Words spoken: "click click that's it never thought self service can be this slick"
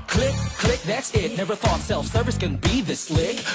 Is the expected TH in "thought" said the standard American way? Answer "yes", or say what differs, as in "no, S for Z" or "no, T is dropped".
yes